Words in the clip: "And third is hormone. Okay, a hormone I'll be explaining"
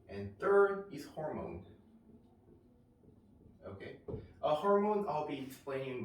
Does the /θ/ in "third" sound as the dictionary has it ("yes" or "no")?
yes